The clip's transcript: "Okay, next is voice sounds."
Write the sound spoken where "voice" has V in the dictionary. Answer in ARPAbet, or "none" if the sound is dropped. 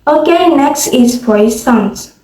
F